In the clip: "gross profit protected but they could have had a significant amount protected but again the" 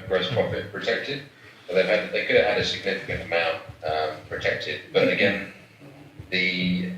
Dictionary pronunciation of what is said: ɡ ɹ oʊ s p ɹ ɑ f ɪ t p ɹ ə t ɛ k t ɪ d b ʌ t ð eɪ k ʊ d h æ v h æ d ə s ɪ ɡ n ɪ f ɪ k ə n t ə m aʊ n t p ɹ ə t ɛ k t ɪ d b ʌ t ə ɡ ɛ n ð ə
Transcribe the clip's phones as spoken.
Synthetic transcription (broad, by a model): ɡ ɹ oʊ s p ɹ ɑ f ɪ t p ɹ ə t ɛ k t ɪ d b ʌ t ð eɪ k ʊ d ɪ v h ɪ d ə s ɪ ɡ n ɪ f ɪ k ə n t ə m aʊ n t p ɹ ə t ɛ k t ɪ d b ʌ t ə ɡ ɛ n ð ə